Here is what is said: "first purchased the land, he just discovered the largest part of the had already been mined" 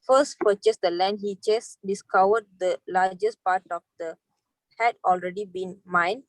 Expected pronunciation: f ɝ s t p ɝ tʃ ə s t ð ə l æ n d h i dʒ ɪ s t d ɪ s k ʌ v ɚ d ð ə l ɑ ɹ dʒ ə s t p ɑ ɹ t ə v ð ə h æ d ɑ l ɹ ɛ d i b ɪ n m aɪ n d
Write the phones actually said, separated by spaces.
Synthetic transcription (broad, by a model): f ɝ s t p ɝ tʃ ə s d ə l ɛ n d h i tʃ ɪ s d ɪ s k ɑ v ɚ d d ə l ɑ dʒ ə s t p ɑ t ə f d ə h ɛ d ɑ l ɹ ɛ d i b ɪ n m aɪ n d